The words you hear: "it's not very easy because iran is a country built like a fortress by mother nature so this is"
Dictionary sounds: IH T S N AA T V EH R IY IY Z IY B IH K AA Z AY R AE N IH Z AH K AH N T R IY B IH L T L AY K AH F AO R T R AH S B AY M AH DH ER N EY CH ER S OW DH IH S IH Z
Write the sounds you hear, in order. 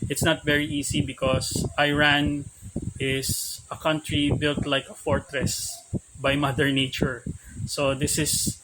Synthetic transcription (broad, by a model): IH T S N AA T V EH R IY IY S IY B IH K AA S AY R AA N IH S AH K AH N T R IY B IH L T L AY K AH F AO R T R AH S B AY M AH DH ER N EY CH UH S OW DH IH S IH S